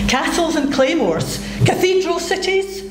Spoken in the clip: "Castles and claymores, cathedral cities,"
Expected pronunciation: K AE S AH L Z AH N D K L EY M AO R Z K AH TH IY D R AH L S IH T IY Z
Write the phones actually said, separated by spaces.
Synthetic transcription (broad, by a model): K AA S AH L Z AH N K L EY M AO R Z K AH TH IY D R AH L S IH T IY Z